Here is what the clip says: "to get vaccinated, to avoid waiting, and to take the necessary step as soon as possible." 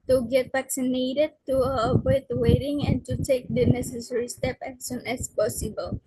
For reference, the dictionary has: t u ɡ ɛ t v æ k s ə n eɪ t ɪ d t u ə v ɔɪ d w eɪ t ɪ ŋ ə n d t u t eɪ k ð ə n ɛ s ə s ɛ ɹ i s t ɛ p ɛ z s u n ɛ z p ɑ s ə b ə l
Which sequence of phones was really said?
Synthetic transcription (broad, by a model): t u ɡ ɛ t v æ k s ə n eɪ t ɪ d t u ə w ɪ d w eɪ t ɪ ŋ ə n t u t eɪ k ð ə n ɛ s ə s ɛ ɹ i s t ɛ p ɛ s s u n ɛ s p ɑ s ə b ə l